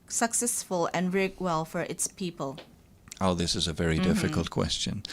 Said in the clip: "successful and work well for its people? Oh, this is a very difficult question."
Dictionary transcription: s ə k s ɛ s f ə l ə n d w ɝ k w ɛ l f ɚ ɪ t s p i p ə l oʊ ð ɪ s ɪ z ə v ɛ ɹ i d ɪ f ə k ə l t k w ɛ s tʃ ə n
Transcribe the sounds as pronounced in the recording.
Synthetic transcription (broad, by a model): s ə k s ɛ s f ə l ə n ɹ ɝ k w ɛ l f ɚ ɪ t s p i p ə l oʊ ð ɪ s ɪ z ə v ɛ ɹ i d ɪ f ə k ə l t k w ɛ s tʃ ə n